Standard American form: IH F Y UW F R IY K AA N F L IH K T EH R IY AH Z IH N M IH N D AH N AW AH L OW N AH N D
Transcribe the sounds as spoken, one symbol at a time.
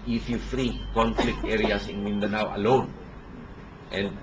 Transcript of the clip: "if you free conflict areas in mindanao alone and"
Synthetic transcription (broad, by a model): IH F Y UW F R IY K AA N F L IH K T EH R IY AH S IH N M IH N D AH N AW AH L OW N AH N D